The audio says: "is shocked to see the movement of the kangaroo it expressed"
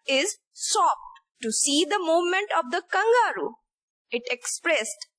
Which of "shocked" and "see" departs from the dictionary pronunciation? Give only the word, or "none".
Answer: shocked